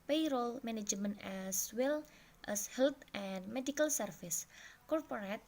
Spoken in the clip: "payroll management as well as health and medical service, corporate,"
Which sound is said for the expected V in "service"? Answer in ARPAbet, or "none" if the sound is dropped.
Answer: F